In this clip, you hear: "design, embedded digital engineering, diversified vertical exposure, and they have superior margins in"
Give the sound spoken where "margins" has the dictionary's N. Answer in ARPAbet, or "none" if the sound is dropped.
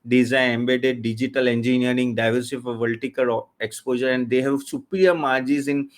none